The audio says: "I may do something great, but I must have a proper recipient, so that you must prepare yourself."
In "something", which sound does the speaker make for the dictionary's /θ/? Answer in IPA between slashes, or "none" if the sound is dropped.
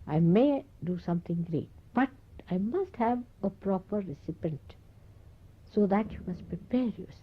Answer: /t/